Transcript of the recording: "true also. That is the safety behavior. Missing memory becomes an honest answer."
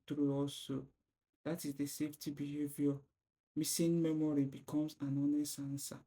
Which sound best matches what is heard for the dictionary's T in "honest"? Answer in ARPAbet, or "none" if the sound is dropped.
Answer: none